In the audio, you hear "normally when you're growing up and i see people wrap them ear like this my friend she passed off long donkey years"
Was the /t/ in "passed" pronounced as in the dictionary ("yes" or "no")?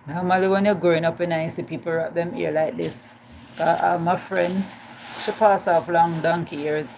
no